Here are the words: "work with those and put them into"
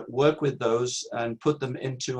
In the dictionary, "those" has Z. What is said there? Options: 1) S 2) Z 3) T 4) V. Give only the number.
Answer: 2